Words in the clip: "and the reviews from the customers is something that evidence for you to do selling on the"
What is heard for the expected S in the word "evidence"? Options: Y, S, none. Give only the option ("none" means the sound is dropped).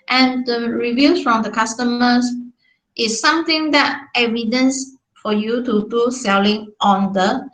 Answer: S